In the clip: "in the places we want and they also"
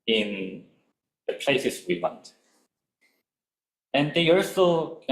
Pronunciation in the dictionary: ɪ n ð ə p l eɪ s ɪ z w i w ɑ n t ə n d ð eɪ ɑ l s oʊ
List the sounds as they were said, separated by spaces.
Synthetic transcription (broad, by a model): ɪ n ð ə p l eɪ s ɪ s w i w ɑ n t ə n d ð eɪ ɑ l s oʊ